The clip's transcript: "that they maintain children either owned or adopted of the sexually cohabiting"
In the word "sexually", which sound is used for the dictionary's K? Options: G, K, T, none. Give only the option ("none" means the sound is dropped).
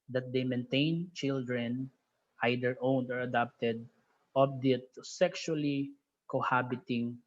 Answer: K